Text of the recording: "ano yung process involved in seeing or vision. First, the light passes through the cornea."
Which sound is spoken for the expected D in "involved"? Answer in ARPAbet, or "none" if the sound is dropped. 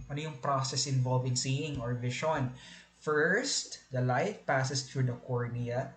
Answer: none